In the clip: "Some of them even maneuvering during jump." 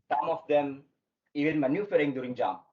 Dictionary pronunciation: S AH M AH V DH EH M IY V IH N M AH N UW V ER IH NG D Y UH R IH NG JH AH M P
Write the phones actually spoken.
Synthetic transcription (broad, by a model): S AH M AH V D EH M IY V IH L M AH N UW F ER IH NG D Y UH R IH NG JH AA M